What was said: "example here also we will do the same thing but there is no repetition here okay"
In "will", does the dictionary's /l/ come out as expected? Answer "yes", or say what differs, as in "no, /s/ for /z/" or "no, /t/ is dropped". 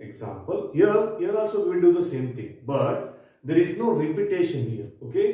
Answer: no, /n/ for /l/